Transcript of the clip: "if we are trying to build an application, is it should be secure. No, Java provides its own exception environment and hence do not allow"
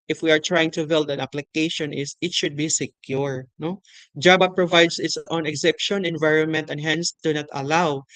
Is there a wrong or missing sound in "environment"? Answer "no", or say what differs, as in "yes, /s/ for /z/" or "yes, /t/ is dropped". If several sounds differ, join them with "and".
no